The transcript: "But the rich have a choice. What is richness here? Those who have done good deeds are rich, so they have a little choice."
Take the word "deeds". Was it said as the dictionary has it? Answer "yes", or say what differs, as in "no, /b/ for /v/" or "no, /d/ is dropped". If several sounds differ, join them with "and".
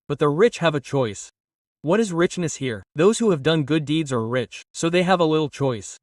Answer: yes